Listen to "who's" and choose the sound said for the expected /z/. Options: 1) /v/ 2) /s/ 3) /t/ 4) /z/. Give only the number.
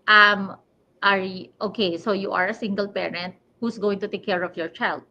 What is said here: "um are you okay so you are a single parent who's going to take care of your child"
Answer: 2